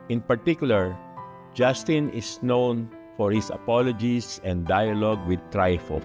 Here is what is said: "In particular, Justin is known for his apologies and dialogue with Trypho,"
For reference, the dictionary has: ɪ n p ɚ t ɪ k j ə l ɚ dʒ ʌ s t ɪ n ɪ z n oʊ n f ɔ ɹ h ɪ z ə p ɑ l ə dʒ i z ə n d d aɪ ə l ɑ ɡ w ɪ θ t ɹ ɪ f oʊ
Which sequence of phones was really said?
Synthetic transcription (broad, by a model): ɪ n p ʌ t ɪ k j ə l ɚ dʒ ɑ s t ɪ n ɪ s n oʊ n f ɔ ɹ h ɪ s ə p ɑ l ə dʒ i s ə n d d aɪ ə l ɑ ɡ w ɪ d t ɹ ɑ f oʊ